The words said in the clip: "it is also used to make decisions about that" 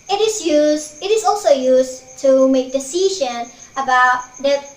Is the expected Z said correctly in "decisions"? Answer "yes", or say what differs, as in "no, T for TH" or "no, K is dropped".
no, Z is dropped